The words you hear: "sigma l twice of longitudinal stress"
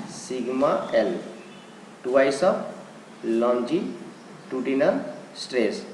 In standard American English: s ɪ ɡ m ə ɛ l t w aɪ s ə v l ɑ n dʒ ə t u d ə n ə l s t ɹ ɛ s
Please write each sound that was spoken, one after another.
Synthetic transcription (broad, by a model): s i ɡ m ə ɛ l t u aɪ s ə p l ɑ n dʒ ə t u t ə n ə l s t ɹ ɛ s